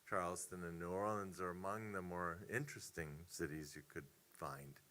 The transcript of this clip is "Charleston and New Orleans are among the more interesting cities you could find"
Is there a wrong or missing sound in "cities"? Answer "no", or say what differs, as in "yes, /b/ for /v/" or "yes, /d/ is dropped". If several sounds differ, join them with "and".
no